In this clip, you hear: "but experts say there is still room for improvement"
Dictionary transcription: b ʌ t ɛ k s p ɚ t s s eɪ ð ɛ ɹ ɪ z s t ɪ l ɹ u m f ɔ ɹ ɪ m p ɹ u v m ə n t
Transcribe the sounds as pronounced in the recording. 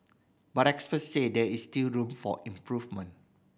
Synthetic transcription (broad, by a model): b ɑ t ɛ k s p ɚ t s s eɪ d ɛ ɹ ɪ s t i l ɹ u m f ɔ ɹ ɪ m p ɹ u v m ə n